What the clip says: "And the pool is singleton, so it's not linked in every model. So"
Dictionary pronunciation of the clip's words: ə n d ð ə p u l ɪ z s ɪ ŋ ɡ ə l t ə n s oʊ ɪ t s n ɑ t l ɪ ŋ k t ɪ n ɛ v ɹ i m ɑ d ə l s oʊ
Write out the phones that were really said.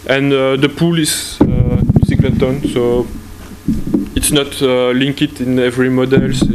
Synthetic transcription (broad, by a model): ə n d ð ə p u l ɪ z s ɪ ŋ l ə t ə n s oʊ ɪ t s n ɑ t l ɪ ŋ k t ɪ n ɛ v ɹ i m ɑ d ə l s